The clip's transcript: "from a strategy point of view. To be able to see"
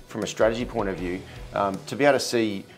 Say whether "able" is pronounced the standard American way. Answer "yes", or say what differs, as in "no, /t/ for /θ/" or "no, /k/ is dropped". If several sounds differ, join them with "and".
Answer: no, /b/ is dropped